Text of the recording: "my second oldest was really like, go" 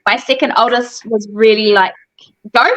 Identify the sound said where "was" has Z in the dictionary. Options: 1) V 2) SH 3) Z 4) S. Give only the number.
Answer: 3